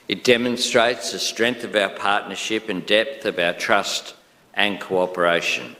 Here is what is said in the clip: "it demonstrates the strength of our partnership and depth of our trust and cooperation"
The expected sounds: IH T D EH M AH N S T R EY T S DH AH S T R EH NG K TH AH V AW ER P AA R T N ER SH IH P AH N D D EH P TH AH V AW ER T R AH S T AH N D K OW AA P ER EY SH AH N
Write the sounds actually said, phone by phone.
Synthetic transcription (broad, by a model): IH T D EH M AH N S T R EY T S DH AH S T R EH NG K TH AH V AW ER P AA R T N ER SH IH P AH N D D EH P TH AH V AW ER T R AH S T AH N K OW AA P ER EY SH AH N